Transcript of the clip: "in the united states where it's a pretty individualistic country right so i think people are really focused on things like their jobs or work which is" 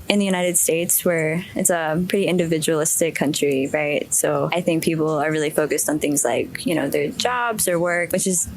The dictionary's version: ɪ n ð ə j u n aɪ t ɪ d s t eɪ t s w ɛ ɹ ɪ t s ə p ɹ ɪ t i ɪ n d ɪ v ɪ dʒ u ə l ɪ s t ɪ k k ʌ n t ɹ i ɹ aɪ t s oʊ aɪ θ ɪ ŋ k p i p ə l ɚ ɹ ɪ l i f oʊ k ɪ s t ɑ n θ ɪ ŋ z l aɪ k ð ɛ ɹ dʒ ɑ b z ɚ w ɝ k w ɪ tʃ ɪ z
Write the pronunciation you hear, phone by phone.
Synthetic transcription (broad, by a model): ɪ n ð ə j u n aɪ t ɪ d s t eɪ t s w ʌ ɹ ɪ t s ə p ɹ ɪ t i ɪ n d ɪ v ɪ dʒ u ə l ɪ s t ɪ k k ʌ n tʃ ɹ i ɹ aɪ t s oʊ aɪ θ ɪ ŋ k p i p l ɚ ɹ ɪ l i f oʊ k ɪ s t n θ ɪ ŋ z l aɪ k ð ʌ ɹ dʒ ɑ b z ɚ w ɝ k w ɪ tʃ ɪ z